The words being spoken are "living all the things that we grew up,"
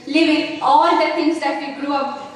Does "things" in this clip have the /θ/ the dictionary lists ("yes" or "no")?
no